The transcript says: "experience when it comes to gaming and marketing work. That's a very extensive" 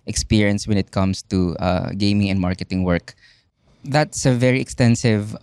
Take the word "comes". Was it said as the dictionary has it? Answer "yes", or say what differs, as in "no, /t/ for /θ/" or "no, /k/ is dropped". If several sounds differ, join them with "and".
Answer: no, /s/ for /z/